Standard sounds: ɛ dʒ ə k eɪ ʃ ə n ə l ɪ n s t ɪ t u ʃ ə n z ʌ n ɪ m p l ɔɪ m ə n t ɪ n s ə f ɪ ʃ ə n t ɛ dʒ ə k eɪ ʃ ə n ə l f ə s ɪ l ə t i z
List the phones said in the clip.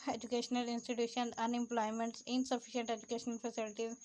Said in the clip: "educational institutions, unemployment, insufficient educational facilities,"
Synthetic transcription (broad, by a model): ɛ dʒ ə k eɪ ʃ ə n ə l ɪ n s t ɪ t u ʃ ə n ʌ n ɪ m p l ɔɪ m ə n t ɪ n s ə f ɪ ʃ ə n t ɛ dʒ ə k eɪ ʃ ə n ə l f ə s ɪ l t i